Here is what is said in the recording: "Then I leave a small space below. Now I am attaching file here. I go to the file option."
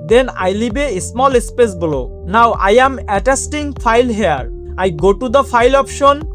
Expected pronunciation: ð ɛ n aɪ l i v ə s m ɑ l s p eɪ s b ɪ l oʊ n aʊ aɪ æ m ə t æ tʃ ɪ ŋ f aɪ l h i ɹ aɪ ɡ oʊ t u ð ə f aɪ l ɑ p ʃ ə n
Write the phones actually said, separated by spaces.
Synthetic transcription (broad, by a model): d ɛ n aɪ l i b ə s m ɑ l s p eɪ s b l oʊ n aʊ aɪ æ m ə t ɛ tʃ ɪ ŋ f aɪ l h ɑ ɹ aɪ ɡ oʊ t u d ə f aɪ l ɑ p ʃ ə n